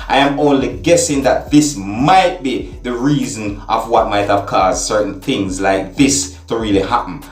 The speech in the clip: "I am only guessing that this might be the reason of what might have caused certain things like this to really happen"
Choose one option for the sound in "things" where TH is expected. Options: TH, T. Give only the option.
TH